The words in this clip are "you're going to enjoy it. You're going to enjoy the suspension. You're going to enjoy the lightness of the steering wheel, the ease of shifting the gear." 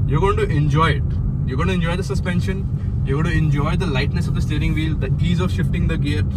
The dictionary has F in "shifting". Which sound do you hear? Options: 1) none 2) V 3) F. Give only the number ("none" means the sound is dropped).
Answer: 3